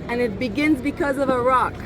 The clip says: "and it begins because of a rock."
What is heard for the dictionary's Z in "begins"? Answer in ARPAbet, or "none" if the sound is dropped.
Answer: Z